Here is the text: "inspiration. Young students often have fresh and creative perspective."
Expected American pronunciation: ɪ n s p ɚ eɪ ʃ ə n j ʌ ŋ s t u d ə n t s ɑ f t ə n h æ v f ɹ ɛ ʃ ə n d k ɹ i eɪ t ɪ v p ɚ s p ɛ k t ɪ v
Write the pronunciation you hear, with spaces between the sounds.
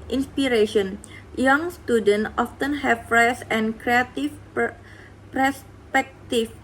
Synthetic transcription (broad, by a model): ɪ n s p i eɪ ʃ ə n j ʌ ŋ s t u d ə n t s ɑ f t ə n h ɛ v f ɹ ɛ s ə n k ɹ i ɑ t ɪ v p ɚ s p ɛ k t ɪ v